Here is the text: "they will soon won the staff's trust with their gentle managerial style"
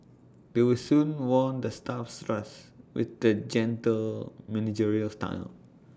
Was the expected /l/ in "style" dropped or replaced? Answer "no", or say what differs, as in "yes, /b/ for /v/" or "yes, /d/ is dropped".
yes, /n/ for /l/